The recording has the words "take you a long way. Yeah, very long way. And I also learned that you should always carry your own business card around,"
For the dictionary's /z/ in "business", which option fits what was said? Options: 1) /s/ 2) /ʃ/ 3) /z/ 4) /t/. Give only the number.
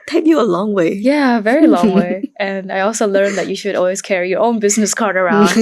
3